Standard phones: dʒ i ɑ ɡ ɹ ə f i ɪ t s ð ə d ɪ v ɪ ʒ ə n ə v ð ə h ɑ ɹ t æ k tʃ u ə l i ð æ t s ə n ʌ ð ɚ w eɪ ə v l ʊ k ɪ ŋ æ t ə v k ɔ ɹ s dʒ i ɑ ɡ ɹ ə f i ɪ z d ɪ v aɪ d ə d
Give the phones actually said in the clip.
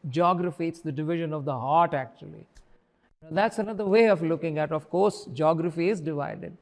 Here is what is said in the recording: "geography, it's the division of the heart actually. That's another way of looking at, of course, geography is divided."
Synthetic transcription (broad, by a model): dʒ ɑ ɡ ɹ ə f i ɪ t s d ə d ɪ v ɪ ʒ ə n ə v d ə h ɑ ɹ t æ k tʃ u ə l i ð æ t s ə n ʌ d ɚ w eɪ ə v l ʊ k ɪ ŋ æ t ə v k ɔ ɹ s dʒ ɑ ɡ ɹ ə f i ɪ z d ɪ v aɪ d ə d